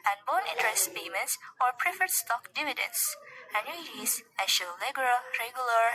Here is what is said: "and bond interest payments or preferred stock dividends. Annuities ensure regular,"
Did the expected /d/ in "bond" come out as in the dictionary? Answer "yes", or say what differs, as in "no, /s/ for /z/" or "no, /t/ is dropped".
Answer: no, /d/ is dropped